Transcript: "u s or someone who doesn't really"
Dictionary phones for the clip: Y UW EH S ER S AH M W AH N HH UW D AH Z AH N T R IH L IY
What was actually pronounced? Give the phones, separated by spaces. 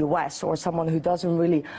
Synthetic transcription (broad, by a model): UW EH S ER S AH M W AH N HH UW D AH Z AH N T R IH L IY